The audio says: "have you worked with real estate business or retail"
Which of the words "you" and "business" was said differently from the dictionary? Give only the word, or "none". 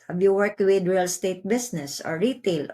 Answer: business